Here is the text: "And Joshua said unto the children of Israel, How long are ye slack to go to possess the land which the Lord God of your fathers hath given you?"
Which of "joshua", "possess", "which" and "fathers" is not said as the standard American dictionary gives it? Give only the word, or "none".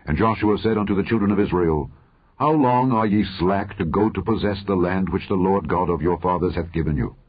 none